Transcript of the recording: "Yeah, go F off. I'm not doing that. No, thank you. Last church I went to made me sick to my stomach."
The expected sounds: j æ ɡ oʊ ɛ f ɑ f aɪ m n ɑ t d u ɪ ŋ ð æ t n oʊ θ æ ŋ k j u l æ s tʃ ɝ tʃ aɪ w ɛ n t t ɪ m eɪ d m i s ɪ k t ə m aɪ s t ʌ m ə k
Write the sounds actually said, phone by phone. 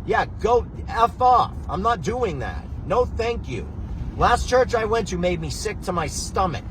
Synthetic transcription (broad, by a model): j æ ɡ oʊ ɛ f ɑ f aɪ m n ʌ t d u ɪ ŋ ð æ t n oʊ θ æ ŋ k j u l æ s tʃ ɝ tʃ aɪ w ɛ n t t ɪ m eɪ d m i s ɪ k t ə m aɪ s t ʌ m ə k